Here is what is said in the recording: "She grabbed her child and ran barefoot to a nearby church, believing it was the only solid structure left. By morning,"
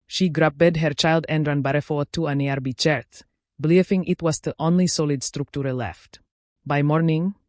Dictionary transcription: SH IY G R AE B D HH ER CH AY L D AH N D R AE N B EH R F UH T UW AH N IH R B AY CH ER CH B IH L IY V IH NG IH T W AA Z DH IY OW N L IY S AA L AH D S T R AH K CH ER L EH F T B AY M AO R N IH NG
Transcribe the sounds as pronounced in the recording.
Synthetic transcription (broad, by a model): SH IY G R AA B D HH ER CH AY L D AH N D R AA N B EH R F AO T UW AH N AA R B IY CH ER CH B L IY F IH NG IH T W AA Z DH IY OW N L IY S AA L AH D S T R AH K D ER L EH F T B AY M AO R N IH NG